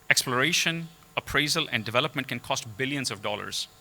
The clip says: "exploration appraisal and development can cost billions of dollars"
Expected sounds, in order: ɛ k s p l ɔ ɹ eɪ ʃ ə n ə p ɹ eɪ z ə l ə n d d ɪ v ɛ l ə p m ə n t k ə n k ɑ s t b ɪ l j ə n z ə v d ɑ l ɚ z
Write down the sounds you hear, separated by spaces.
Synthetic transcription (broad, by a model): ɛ k s p l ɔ ɹ eɪ ʃ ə n ə p ɹ eɪ z ə l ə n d d ɪ v ɛ l ə p m ə n t k ə n k ɑ s t b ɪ l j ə n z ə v d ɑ l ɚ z